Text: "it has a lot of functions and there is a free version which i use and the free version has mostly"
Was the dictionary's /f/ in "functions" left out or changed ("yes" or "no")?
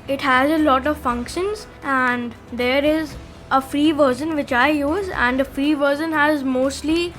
no